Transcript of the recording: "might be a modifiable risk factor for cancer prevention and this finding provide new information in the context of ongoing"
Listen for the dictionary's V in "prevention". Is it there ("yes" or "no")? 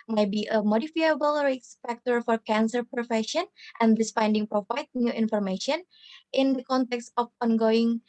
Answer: no